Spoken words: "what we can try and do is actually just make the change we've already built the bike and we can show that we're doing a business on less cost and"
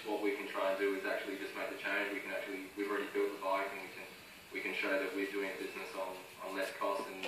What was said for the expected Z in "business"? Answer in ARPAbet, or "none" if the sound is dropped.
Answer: Z